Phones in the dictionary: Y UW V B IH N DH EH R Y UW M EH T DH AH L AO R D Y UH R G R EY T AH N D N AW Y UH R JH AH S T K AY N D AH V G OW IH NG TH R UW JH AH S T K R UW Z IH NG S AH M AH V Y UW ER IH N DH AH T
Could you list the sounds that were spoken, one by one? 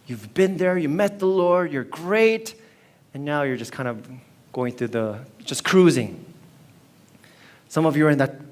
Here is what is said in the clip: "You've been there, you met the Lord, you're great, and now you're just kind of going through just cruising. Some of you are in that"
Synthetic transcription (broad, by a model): Y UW V B IH N DH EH R Y UW M EH T DH AH L AO R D Y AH R G R EY T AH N N AW Y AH R JH AH S K AY N D AH V G OW IH NG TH R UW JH AH S K R UW Z IH NG S AH M AH V Y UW ER IH N DH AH T